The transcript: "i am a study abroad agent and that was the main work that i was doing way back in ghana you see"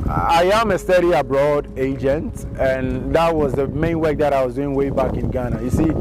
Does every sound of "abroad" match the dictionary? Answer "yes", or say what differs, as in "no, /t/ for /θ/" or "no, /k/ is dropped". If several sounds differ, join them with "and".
yes